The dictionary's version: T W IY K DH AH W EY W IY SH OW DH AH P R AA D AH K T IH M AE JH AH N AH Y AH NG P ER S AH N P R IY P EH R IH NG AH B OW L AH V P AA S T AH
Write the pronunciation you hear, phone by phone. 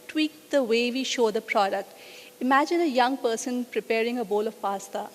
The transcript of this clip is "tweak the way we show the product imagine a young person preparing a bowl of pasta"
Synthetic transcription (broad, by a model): T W IY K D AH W EY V IY SH OW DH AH P R AA D AH K T IH M AE JH AH N AH Y AH NG P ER S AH N P R IY P EH R IH NG AH B OW L AH V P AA S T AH